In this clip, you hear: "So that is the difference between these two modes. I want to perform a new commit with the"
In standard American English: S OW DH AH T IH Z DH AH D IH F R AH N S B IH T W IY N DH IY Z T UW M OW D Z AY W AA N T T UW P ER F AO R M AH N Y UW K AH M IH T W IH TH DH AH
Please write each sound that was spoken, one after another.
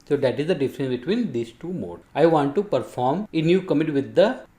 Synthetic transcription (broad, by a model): S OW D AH T IH Z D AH D IH F R AH N S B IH T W IY N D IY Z T UW M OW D AY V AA N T T UW P ER F AO R M AH N Y UW K AH M IH T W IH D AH